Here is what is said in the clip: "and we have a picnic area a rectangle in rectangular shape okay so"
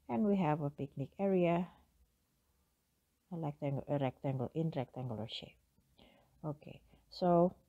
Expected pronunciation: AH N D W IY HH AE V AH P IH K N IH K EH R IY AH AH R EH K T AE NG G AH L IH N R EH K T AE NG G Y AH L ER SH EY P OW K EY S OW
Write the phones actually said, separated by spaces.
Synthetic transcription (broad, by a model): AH N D W IY HH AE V AH P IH K N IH K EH R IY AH AH R EH K T AE NG G AH L IH N R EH K T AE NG G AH L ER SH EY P OW K EY S OW